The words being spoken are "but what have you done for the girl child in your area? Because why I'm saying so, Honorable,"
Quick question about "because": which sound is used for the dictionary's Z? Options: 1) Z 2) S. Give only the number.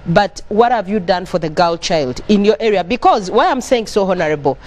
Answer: 1